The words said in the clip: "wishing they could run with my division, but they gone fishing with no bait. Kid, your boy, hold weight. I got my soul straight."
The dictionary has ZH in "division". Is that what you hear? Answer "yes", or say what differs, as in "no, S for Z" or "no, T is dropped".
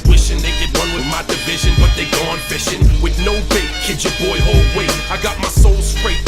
yes